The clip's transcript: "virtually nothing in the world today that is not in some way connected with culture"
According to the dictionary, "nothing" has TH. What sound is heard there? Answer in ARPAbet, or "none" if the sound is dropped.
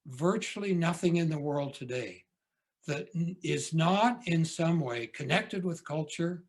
TH